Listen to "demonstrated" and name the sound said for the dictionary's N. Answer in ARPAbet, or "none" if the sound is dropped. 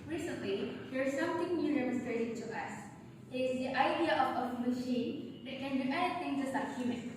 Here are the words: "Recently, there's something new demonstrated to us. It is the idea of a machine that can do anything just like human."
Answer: none